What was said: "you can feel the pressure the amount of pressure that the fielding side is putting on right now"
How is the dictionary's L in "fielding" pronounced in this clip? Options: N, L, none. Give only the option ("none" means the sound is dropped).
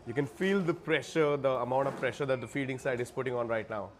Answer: none